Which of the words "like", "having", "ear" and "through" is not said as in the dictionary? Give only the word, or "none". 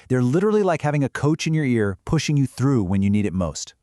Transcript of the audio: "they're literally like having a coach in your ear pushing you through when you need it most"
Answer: none